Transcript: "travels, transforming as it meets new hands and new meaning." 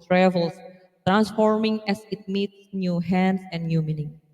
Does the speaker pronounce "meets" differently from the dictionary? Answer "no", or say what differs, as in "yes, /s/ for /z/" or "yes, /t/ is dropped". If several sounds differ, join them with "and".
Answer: no